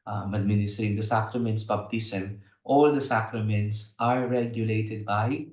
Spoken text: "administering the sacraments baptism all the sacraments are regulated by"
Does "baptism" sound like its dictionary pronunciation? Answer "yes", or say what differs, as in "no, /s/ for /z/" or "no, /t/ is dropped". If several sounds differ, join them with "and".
no, /s/ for /z/